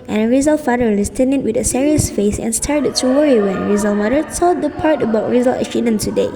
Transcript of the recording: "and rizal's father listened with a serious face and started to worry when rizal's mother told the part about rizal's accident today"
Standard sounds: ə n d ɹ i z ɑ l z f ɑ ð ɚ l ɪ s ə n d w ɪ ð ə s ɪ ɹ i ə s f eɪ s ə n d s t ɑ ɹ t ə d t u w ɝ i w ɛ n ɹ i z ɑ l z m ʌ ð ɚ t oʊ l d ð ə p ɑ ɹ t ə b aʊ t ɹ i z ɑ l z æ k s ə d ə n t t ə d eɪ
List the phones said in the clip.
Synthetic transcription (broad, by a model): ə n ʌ ɹ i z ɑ l f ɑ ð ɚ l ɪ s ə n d w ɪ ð ə s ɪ ɹ i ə s f eɪ s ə n s t ɑ ɹ t ə d t u w ɝ i w ɛ n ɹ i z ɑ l m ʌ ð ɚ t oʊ d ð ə p ɑ ɹ t ə b aʊ t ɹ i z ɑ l ʌ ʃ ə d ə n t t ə d eɪ